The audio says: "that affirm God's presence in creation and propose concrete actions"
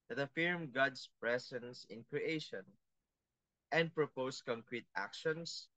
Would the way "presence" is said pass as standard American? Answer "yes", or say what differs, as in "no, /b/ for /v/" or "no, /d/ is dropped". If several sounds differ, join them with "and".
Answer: no, /s/ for /z/